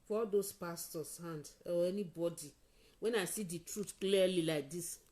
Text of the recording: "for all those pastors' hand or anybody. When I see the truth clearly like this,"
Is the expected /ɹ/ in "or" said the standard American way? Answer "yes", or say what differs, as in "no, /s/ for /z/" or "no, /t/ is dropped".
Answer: no, /w/ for /ɹ/